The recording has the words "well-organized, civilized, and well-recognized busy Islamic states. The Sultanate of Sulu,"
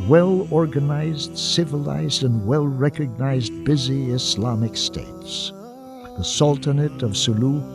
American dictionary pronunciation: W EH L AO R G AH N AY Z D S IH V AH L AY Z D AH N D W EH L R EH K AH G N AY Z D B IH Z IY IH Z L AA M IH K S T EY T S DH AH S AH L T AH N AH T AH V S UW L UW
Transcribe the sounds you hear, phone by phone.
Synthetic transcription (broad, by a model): W EH L AO R G AH N AY Z D S IH V AH L AY Z D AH N W EH L R EH K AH G N AY Z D B IH Z IY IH S L AA M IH K S T EY T S DH AH S AH L T AH N AH T AH V S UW L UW